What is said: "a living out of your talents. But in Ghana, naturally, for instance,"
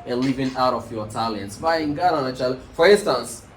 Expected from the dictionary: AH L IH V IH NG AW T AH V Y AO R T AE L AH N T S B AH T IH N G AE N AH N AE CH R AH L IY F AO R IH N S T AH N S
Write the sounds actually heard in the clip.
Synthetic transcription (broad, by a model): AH L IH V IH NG AW T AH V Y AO T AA L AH N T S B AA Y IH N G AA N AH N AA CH AH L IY F AO R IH N S T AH N S